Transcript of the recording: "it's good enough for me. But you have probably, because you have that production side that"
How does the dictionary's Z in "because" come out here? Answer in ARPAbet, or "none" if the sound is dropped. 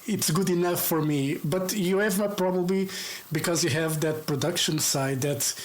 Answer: Z